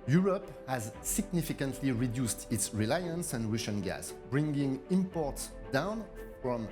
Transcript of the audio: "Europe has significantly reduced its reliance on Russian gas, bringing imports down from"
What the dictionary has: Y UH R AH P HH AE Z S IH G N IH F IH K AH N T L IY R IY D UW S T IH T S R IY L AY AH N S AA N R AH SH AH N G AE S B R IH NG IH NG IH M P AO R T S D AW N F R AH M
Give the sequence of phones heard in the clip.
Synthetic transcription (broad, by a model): Y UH R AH P HH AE Z S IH G N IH F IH K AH N T L IY R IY D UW S T IH T S R IY L AY AH N S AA N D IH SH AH N G AE S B R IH NG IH NG IH M P AO R T S D AW N F R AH M